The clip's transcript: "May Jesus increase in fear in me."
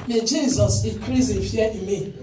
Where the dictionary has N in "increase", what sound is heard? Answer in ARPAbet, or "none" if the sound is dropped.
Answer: none